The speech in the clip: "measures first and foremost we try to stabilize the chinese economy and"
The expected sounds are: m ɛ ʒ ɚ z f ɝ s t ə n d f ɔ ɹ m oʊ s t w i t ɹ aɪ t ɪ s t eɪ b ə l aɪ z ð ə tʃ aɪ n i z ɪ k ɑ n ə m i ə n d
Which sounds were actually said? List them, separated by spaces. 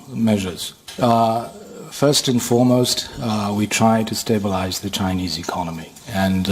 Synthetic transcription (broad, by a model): m ɛ ʒ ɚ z f ɝ s t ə n f ɔ ɹ m oʊ s t w i t ɹ aɪ t ɪ s t eɪ b ə l aɪ z ð ə tʃ aɪ n i z ɪ k ɑ n ə m i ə n